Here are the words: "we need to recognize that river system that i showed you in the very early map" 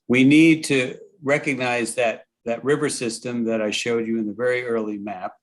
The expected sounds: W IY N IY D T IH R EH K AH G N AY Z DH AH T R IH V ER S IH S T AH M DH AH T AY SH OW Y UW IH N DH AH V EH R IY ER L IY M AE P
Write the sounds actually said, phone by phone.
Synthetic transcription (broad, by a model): W IY N IY D T IH R EH K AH G N AY Z DH AH T R IH V ER S IH S T AH M DH AH T AY SH OW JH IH IH N DH AH V EH R IY ER L IY M AE P